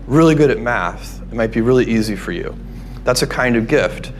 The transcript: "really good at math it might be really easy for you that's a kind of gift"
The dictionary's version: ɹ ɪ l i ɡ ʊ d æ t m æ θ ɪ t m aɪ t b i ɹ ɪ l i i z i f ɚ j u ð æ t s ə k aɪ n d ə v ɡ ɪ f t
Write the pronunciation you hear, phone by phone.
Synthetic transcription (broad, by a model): ɹ ɪ l i ɡ ʊ d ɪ t m æ θ ɪ t m aɪ t b i ɹ ɪ l i i z i f ɚ j u ð æ t s ə k aɪ n d ə v ɡ ɪ f t